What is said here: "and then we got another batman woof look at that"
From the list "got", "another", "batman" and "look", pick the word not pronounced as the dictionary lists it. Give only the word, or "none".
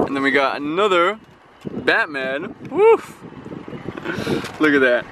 none